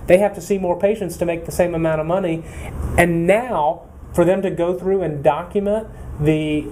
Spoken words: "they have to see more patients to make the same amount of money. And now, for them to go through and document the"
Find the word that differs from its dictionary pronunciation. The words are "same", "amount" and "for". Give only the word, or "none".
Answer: amount